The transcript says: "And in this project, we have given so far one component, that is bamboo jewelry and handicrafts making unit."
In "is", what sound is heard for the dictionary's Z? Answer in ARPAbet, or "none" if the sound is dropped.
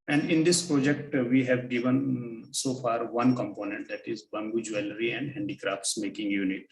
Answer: Z